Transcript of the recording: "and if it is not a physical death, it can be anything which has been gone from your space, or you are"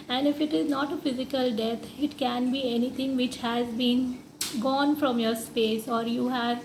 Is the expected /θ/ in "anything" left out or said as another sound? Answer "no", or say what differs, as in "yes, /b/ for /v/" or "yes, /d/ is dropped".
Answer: yes, /t/ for /θ/